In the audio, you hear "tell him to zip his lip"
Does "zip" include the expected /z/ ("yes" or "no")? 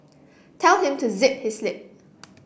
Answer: yes